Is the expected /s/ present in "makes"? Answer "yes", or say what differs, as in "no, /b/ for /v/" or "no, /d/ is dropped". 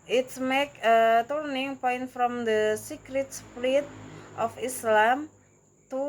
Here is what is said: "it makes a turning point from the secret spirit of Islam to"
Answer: no, /s/ is dropped